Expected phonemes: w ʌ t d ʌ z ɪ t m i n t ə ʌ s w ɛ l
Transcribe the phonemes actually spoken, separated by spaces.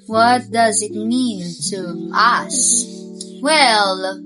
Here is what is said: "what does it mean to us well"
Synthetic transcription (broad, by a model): w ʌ t d ʌ z ɪ t m i n t ə ʌ s w ɛ l